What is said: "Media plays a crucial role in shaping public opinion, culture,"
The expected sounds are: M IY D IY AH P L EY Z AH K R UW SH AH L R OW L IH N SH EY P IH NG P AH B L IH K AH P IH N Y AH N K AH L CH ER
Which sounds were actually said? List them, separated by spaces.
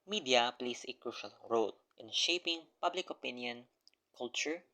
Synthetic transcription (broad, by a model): M IY D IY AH P L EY S AH K R UW SH AH L R OW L IH N SH EY P IH NG P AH B L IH K AH P IH N Y AH N K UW L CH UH